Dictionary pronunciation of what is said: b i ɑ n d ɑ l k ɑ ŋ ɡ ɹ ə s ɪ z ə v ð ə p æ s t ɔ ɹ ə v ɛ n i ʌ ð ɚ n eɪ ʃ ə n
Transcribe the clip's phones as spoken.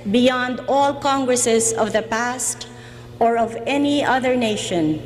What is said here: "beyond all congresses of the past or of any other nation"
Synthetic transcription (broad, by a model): b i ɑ n d ɑ l k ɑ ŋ ɡ ɹ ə s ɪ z ə v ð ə p æ s t ɔ ɹ ə v ɛ n i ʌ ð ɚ n eɪ ʃ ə n